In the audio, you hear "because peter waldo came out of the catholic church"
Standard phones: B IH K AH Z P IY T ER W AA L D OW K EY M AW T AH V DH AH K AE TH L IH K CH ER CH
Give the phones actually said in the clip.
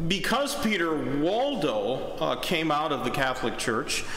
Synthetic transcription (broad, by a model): B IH K AH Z P IY T ER W AA L D OW K EY M AW T AH V DH AH K AE TH L IH K CH ER CH